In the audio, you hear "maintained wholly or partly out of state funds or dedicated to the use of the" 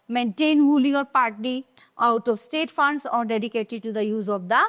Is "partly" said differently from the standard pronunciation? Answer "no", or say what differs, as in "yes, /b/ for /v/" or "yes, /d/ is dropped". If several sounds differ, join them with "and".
yes, /l/ is dropped